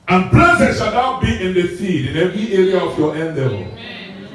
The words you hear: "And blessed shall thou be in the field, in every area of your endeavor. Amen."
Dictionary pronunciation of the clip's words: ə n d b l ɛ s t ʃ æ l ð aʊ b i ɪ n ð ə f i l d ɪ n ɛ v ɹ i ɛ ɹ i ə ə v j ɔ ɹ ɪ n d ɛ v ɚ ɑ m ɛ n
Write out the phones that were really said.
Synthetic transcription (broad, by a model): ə n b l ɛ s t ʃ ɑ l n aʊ b i ɪ n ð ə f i d ɪ n ɛ v ɹ i ɛ ɹ i ə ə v j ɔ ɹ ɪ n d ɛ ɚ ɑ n